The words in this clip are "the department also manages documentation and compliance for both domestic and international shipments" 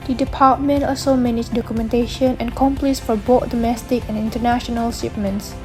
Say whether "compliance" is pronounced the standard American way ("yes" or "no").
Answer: no